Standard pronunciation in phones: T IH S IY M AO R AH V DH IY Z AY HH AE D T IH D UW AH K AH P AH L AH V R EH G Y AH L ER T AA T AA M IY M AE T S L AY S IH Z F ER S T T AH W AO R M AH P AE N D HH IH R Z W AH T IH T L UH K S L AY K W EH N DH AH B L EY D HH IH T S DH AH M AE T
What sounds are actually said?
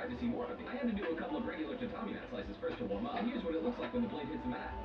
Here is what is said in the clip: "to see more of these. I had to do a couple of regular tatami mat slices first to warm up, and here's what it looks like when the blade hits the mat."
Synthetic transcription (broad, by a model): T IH S IY M AO R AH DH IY AY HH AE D T IH D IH AH K AH P L AH V R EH G Y L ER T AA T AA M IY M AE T S L AY S IH Z F ER S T T AH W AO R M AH HH IH R Z W AH T IH T L UH K S L AY K W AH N DH AH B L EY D HH IH T S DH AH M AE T